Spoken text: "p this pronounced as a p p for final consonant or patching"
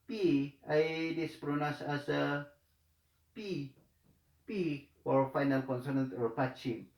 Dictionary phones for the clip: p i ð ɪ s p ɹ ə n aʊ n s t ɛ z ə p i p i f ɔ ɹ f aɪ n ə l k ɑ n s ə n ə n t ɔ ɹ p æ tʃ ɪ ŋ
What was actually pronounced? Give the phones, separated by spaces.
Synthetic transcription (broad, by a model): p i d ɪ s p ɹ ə n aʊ s ɛ s ə p i p i f ɔ ɹ f aɪ n ə l k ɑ n s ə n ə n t ɔ ɹ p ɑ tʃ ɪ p